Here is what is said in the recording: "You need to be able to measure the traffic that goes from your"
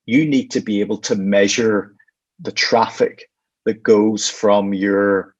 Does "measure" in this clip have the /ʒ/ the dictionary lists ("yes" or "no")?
yes